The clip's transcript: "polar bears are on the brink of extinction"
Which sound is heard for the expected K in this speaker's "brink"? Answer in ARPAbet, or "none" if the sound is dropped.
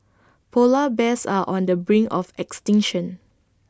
none